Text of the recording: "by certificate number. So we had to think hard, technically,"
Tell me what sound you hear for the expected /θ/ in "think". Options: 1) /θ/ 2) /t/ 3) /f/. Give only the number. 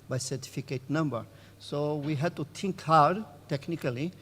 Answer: 2